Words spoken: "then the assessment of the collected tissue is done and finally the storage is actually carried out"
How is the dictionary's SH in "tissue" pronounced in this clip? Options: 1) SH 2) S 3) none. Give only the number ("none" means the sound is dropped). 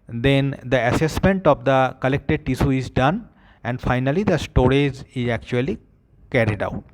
2